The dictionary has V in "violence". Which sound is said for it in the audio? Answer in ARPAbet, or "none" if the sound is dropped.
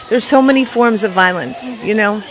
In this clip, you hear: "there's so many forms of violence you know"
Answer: V